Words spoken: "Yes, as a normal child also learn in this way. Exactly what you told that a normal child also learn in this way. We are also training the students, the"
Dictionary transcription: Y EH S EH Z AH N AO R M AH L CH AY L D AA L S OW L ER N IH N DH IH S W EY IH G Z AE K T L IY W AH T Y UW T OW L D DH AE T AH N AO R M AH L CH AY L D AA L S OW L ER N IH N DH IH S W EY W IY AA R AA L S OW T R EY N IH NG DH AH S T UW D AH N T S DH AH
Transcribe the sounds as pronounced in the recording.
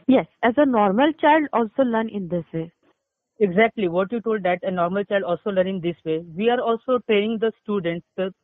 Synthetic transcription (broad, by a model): Y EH S EH Z AH N AO R M AH L CH AY L D AA L S OW L ER N IH N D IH S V EY IH G Z AE K T L IY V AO T Y UW T OW L D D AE T AH N AO R M AH L CH AY L D AA L S OW L ER N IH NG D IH S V EY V IY AA R AA L S OW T EY IH NG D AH S T UW D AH N T S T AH